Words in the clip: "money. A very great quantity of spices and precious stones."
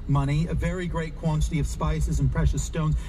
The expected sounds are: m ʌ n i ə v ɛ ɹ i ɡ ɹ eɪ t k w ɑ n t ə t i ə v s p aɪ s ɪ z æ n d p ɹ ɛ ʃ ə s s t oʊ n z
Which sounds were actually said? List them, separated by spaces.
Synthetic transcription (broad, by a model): m ʌ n i ə v ɛ ɹ i ɡ ɹ eɪ t k w ɑ n t ə t i ə v s p aɪ s ɪ z n p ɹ ɛ ʃ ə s s t oʊ n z